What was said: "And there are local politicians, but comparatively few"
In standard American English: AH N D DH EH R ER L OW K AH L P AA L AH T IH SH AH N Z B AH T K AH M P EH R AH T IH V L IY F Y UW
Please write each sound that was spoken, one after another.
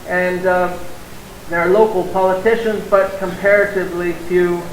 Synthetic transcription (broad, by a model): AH N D DH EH R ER L OW K L P AA L AH T IH SH AH N Z B AH T K AH M P EH R AH T IH V L IY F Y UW